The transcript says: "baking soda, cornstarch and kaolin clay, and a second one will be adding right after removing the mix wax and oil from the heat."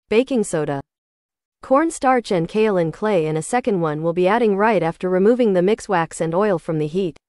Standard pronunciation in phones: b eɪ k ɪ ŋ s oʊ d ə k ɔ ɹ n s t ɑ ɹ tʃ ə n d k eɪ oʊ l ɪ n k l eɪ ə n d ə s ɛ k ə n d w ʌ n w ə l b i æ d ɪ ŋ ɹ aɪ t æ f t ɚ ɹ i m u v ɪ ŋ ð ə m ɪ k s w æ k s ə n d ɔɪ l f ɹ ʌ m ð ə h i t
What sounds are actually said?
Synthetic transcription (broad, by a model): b eɪ k ɪ ŋ s oʊ d ə k ɔ ɹ n s t ɑ ɹ tʃ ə n k eɪ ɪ l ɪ n k l eɪ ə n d ə s ɛ k ə n d w ʌ n w ə l b i æ d ɪ ŋ ɹ aɪ t æ f t ɚ ɹ i m u v ɪ ŋ ð ə m ɪ k s w æ k s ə n ɔɪ l f ɹ ʌ m ð ə h i t